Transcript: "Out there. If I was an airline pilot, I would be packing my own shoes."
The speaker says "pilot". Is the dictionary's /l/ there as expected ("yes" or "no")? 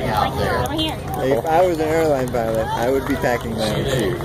yes